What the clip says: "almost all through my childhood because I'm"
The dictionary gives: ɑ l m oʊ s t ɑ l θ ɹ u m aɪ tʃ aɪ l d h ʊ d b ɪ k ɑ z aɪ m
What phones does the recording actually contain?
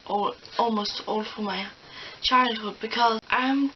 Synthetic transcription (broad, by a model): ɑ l m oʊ s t ɑ l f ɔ m aɪ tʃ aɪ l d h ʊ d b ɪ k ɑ aɪ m